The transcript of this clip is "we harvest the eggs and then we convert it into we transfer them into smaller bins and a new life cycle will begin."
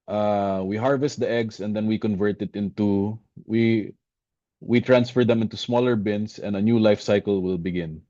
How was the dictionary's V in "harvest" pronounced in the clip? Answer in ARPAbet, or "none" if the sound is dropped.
V